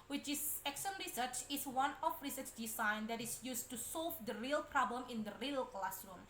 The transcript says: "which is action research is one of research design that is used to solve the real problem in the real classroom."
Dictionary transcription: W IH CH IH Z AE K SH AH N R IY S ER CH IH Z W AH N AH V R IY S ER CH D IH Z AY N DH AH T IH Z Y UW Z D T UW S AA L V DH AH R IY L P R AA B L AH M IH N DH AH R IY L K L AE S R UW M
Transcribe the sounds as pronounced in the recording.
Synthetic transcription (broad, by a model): W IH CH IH S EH K S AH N R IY S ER CH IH S W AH N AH F R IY S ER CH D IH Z AY N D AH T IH S Y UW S T UW S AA L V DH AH R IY L P R AA B L AH M IH N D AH R IY L K L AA S R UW M